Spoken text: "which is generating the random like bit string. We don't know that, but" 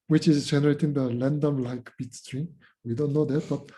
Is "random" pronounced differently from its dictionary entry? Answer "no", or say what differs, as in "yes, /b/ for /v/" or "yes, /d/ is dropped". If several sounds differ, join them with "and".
yes, /l/ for /ɹ/